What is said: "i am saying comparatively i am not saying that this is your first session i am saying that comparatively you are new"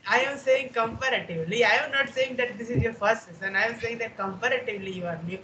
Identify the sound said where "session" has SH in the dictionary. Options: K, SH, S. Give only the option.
S